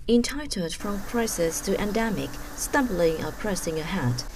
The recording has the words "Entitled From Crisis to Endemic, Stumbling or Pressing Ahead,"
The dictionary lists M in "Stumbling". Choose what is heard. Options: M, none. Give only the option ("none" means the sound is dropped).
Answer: M